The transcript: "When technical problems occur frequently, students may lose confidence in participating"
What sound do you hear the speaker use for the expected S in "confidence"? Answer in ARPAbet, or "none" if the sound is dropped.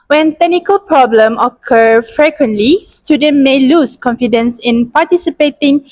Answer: S